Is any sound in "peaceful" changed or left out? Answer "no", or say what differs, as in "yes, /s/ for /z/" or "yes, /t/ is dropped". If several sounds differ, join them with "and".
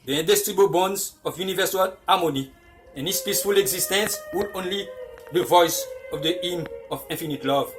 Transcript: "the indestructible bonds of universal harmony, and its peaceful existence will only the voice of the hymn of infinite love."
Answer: no